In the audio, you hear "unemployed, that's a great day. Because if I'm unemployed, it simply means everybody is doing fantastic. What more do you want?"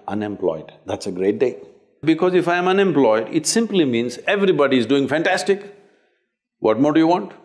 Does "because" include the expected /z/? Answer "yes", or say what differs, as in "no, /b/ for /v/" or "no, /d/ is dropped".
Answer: yes